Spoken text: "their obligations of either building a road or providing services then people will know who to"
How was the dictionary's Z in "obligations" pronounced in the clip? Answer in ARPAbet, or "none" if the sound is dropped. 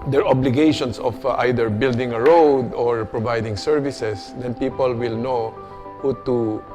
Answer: S